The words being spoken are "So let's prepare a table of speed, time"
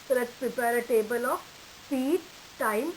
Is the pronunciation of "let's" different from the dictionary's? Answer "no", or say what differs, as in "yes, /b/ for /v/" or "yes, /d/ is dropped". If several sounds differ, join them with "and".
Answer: yes, /s/ is dropped